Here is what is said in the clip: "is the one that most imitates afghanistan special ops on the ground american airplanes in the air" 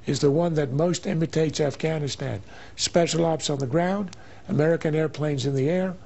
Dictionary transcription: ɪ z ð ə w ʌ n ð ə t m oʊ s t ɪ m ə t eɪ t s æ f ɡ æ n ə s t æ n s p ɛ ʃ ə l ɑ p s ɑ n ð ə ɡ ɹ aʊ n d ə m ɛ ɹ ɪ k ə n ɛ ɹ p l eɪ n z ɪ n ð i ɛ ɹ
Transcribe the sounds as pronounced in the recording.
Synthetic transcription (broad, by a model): ɪ z ð ə w ʌ n ð ə t m oʊ s t ɪ m ə t eɪ t s æ f ɡ æ n ə s t æ n s p ɛ ʃ l ɑ p s n ð ə ɡ ɹ aʊ n d ə m ɛ ɹ ɪ k ə n ɛ ɹ p l eɪ n z ɪ n ð i ɛ ɹ